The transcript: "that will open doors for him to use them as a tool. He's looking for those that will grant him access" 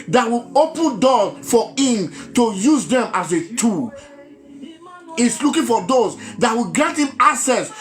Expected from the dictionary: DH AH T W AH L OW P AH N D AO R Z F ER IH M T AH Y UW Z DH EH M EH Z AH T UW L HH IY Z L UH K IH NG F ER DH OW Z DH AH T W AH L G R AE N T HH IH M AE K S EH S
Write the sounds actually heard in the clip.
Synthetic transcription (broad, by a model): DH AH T W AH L OW P AH N D AO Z F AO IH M T AH Y UW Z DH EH M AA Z AH T UW L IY S L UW K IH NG F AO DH OW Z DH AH T W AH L G R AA N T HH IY M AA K S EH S